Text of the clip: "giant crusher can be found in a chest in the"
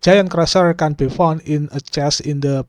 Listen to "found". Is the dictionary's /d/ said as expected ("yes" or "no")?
no